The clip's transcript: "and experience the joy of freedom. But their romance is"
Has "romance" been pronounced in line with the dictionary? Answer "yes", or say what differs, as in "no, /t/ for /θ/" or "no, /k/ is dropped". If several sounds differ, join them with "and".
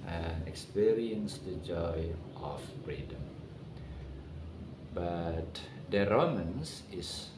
yes